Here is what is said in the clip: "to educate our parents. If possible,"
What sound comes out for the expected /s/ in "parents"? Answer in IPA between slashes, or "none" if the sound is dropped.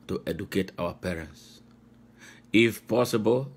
/s/